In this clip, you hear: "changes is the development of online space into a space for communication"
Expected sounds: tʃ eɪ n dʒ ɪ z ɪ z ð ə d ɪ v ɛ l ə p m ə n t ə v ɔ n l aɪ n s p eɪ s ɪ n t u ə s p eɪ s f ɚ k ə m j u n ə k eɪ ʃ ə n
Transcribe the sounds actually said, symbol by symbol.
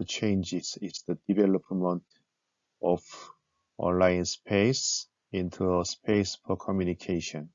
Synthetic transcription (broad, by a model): tʃ eɪ n dʒ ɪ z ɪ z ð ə d ɪ v ɛ l ə p m ə n t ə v ɔ n l aɪ n s p eɪ s ɪ n t u ə s p eɪ s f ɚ k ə m j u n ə k eɪ ʃ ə n